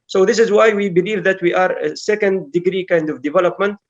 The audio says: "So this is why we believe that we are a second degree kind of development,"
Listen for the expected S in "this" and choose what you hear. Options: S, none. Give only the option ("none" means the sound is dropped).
S